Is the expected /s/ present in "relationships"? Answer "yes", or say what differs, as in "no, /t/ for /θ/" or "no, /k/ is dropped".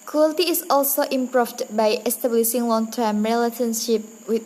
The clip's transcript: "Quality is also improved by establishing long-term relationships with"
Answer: no, /s/ is dropped